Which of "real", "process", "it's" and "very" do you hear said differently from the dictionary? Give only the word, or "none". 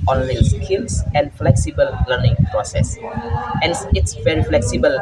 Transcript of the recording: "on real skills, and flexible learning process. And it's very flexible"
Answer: real